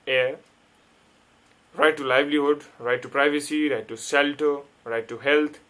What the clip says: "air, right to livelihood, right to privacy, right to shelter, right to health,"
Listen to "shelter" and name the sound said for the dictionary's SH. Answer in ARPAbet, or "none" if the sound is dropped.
S